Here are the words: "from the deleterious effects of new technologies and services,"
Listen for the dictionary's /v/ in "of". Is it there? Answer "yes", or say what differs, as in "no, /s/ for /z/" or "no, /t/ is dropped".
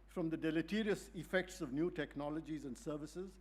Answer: yes